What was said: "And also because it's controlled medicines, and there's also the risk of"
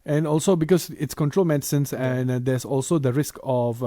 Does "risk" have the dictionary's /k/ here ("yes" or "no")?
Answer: yes